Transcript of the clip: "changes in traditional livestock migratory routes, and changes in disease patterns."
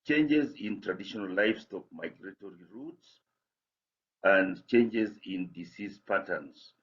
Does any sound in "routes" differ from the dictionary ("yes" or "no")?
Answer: no